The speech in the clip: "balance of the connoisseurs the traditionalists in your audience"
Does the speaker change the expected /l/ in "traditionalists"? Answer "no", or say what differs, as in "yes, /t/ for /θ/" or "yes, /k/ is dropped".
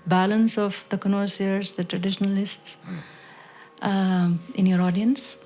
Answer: no